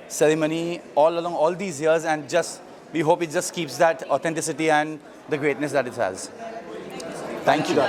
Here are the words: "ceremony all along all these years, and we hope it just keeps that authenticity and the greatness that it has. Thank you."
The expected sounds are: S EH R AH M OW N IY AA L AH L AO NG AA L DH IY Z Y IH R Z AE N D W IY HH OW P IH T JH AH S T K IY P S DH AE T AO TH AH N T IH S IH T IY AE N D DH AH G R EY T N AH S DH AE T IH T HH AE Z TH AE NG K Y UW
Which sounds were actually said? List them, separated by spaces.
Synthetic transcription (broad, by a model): S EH R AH M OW N IY AA L AH L AO NG AA L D IY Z Y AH R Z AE N D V IY HH OW P IH T JH AH S T K IY P S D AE T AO T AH N T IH S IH T IY AE N D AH G R EY T N AH S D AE T IH T HH AE Z T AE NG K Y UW